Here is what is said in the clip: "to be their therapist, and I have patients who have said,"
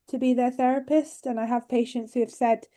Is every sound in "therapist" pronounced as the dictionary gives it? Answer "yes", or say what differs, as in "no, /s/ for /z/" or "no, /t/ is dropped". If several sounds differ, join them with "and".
yes